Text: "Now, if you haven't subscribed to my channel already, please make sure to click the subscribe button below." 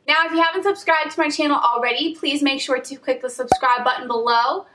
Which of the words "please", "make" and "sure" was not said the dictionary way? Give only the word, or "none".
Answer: none